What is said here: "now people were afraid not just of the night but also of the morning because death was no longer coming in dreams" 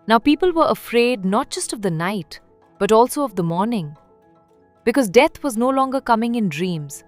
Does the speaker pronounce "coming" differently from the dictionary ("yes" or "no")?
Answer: no